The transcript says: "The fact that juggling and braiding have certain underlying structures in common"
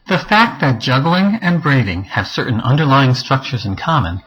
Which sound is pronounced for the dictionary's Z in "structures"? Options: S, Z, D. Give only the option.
Z